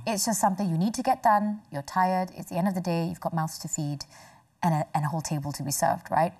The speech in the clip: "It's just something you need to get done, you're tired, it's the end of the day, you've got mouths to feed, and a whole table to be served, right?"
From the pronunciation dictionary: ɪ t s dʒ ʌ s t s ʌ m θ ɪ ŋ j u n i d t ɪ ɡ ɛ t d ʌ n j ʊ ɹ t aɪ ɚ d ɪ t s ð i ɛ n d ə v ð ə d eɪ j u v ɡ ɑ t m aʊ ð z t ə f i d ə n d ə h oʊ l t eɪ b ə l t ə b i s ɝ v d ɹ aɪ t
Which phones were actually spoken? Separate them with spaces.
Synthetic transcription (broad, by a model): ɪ t s dʒ ʌ s t s ʌ m θ ɪ ŋ j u n i d t ɪ ɡ ɛ t d ʌ n j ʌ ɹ t aɪ ɚ d ɪ t s ð i ɛ n d ə v ð ə d eɪ j u v ɡ ɑ t m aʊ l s t ə f i d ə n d ə h oʊ l t eɪ b ə l t ə b i s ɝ v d ɹ aɪ t